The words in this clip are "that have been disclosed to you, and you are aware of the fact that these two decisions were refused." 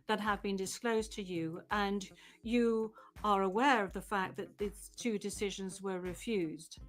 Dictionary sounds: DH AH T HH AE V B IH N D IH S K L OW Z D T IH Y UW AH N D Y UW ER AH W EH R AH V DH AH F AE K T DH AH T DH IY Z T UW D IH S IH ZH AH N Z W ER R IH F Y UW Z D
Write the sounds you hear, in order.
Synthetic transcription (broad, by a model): DH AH T HH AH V B IH N D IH S K L OW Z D T IH Y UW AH N Y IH ER AH W EH R AH V DH AH F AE K DH AH T DH IY Z T UW D IH S IH ZH AH N Z W ER R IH F Y UW Z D